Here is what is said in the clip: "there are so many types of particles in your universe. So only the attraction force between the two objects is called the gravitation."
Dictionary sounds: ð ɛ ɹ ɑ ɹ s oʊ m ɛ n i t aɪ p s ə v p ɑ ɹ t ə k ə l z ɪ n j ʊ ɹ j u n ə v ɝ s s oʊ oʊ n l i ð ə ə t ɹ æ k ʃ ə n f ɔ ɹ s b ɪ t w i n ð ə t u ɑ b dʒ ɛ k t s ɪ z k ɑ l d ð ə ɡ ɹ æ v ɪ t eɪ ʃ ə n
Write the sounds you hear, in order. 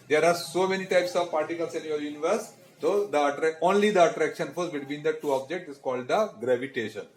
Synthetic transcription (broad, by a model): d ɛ ɹ ɑ ɹ s oʊ m ɛ n i t aɪ p s ə v p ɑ ɹ t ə k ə l s ɪ n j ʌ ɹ j u n ə v ɝ s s oʊ oʊ n l i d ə ə t ɹ æ k ʃ ə n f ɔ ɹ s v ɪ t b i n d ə t u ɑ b dʒ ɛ k t ɪ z k ɑ l d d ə ɡ ɹ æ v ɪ t eɪ ʃ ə n